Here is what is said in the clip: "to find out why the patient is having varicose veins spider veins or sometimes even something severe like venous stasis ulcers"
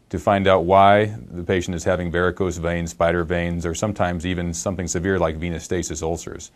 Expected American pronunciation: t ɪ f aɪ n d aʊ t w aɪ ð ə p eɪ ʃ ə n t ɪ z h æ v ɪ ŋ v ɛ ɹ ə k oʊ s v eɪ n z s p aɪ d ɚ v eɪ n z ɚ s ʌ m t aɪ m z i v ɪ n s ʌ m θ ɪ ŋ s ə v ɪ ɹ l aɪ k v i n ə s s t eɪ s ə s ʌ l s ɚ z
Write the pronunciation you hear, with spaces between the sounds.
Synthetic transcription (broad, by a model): t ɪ f aɪ n d aʊ t w aɪ ð ə p eɪ ʃ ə n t ɪ z h æ v ɪ ŋ b ɛ ɹ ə k oʊ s v eɪ n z s p aɪ d ɚ v eɪ n z ɚ s ʌ m t aɪ m z i v ɪ n s ʌ m θ ɪ ŋ s ə v ɪ ɹ l aɪ k v i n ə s s t eɪ s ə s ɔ l s ɚ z